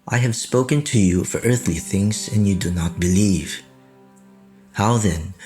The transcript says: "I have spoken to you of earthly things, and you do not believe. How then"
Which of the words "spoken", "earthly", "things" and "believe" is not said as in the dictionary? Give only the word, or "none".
none